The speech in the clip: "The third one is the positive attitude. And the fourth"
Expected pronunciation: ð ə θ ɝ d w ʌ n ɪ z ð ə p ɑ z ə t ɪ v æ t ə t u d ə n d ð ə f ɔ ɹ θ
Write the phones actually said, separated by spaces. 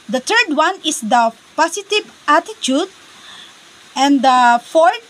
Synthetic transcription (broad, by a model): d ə t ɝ d w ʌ n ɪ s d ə p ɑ s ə t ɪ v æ t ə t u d ə n d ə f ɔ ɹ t